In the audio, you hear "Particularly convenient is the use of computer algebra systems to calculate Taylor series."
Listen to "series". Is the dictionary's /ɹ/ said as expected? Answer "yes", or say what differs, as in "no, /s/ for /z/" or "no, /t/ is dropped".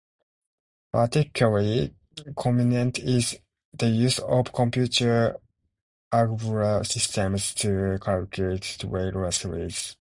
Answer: no, /ɹ/ is dropped